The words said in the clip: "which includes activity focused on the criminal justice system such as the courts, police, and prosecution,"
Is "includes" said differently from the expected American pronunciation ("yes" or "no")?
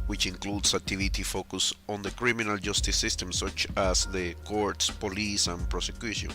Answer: yes